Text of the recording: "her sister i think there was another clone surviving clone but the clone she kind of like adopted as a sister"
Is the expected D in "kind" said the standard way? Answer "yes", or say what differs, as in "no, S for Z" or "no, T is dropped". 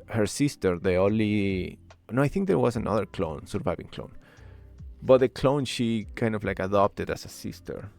yes